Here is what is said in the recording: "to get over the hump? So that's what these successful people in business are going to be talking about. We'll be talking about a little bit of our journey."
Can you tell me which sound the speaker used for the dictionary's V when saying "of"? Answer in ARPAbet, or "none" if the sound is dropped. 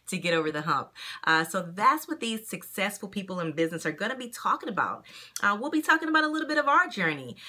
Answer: V